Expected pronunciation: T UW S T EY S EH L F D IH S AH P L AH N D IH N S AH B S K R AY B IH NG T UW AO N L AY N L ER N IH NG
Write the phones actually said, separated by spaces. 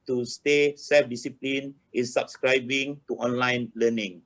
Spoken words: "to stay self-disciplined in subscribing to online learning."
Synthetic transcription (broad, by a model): T UW S T EY S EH F D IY S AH P L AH N IH N S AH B S K R AY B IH NG T UW AO N L AY N L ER N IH NG